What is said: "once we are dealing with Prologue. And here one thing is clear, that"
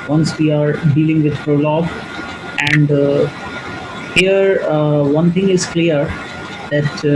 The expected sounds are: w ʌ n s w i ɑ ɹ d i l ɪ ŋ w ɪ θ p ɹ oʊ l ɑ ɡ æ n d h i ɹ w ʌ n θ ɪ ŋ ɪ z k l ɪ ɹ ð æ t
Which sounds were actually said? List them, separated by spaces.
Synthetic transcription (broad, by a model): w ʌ n s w i ɑ ɹ d i l ɪ ŋ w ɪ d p ɹ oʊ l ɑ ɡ æ n d h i ɹ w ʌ n t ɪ ŋ ɪ z k l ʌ ɹ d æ t